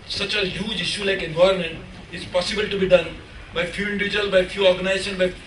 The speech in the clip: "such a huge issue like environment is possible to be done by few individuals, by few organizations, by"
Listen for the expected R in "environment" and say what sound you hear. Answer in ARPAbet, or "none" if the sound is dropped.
none